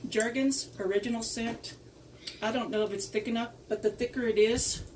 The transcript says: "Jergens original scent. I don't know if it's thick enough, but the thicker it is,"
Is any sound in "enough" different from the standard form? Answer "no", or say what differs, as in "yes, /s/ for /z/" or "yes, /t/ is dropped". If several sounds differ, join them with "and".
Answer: yes, /p/ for /f/